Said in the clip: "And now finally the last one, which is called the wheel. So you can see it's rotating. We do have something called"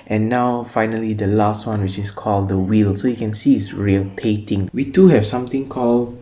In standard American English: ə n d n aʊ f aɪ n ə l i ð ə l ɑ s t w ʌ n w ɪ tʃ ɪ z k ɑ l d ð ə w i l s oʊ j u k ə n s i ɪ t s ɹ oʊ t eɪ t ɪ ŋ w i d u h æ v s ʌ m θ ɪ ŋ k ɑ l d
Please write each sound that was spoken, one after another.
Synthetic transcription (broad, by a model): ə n n aʊ f aɪ n ə l i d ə l ɑ s t w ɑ n w ɪ tʃ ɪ s k ɑ l d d ə w i l s oʊ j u k ə n s i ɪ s ɹ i t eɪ t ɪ ŋ w i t u h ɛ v s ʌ m t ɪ ŋ k ɑ l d